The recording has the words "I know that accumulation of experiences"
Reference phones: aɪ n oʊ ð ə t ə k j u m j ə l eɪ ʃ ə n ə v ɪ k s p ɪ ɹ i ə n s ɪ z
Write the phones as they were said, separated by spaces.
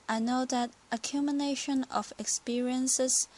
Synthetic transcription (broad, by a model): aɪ n oʊ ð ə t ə k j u m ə n eɪ ʃ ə n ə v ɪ k s p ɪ ɹ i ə n s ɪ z